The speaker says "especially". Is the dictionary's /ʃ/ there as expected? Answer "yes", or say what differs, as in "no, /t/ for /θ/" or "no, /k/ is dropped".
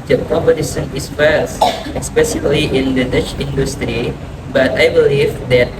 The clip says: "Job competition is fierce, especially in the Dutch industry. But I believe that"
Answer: no, /s/ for /ʃ/